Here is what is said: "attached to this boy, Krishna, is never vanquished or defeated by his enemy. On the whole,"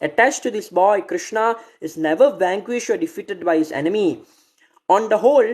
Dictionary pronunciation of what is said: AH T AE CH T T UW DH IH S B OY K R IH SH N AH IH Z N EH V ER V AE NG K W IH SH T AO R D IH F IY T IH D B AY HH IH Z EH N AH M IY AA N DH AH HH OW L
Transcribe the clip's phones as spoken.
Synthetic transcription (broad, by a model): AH T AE CH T T UW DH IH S B OY K R IH SH N AH IH Z N EH V ER V AE NG K W IH SH T AO R D IH F IY T IH D B AY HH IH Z EH N AH M IY AA N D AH HH OW L